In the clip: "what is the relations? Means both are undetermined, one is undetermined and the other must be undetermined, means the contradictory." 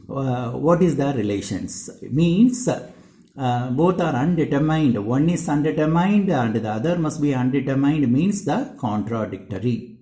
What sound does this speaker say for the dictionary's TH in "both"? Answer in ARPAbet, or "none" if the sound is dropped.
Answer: T